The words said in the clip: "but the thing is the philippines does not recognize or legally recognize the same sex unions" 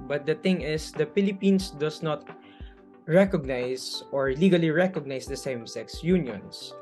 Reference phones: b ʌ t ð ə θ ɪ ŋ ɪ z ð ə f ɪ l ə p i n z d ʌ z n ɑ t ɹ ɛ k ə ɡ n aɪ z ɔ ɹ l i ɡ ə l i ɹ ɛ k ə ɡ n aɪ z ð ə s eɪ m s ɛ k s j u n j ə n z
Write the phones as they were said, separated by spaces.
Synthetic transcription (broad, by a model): b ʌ t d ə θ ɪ ŋ ɪ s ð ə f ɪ l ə p i n s d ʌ s n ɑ t ɹ ɛ k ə ɡ n aɪ s ɔ ɹ l i ɡ ə l i ɹ ɛ k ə ɡ n aɪ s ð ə s eɪ m s ɛ k s j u n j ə n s